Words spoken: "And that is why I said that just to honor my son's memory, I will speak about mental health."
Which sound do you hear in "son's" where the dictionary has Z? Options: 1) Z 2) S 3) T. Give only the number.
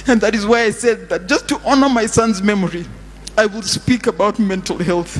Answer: 1